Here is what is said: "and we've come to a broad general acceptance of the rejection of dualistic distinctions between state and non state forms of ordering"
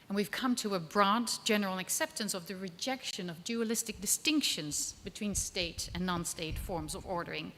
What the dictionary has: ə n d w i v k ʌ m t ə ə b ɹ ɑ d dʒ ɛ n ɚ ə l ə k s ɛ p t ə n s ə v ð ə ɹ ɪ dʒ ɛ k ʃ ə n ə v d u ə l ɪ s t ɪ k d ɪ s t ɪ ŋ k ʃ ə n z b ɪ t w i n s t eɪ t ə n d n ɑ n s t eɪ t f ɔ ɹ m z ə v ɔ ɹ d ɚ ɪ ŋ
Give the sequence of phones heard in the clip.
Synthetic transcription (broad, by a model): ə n w i v k ʌ m t ə ə b ɹ ɑ d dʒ ɛ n ɚ l ə k s ɛ p t ə n s ə v ð ə ɹ ɪ dʒ ɛ k ʃ ə n ə v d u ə l ɪ s t ɪ k d ɪ s t ɪ ŋ k ʃ ə n z b ɪ t w i n s t eɪ t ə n n ɑ n s t eɪ t f ɔ ɹ m z ə v ɔ ɹ d ɚ ɪ ŋ